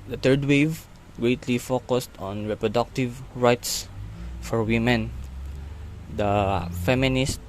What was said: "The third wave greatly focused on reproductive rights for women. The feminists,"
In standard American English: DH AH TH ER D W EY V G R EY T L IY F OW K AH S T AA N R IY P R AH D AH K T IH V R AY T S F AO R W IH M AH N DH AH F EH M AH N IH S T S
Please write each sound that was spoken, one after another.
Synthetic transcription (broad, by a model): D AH T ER D W EY V G R EY T L IY F OW K AH S T AA N R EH P R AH D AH K T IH V R AY T S F AO R W IH M AH N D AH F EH M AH N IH S T